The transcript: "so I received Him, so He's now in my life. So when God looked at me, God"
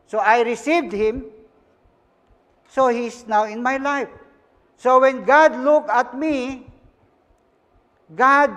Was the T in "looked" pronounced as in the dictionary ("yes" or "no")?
no